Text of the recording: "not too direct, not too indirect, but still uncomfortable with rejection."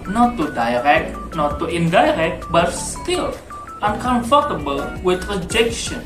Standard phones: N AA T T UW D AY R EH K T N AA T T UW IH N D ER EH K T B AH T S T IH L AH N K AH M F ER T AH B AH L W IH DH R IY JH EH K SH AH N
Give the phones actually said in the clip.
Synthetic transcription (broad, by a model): N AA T T UW D AY R EH K T N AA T T UW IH N D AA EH K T B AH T S T IH L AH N K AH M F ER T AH B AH L W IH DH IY JH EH K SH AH N